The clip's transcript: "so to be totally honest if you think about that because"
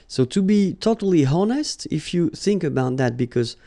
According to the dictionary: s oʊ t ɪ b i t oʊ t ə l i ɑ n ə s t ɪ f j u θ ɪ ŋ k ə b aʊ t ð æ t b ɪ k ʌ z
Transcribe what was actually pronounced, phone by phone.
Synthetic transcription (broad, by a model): s oʊ t ɪ b i t oʊ t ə l i ɑ n ə s t ɪ f j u θ ɪ ŋ k ə b aʊ t ð æ t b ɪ k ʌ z